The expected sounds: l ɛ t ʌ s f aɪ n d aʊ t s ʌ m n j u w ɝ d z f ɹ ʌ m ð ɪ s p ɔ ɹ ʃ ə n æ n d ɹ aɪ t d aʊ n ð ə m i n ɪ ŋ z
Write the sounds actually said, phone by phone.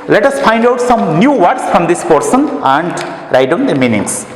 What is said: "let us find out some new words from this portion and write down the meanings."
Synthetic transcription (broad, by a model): l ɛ t ʌ s f aɪ n d aʊ t s ʌ m n j u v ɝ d s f ɹ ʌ m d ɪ s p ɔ ɹ s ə n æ n d ɹ aɪ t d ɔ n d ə m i n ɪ ŋ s